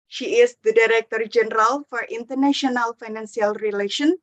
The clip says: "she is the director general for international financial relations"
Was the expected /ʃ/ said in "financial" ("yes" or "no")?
no